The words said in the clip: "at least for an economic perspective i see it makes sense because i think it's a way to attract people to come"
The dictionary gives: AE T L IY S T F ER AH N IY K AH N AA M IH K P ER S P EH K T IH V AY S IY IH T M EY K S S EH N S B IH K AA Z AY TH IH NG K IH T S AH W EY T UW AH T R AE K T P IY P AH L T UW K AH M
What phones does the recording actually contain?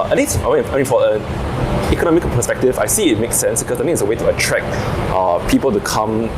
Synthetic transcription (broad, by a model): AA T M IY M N F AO AH N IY K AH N AA M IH K P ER S P EH K T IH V AY S IY IH T M EY K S S EH N S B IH K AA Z AY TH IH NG IH T S AH W EY T UW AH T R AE K T P IY P AH L T UW K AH M